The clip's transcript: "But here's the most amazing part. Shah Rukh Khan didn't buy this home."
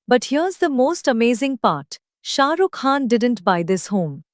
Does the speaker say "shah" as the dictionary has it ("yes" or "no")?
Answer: yes